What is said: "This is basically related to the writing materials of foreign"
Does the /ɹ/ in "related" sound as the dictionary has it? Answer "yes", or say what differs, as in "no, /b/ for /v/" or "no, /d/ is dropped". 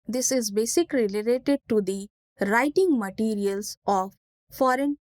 no, /l/ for /ɹ/